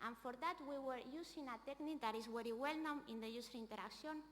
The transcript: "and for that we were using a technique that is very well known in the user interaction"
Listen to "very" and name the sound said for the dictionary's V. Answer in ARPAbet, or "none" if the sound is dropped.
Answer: W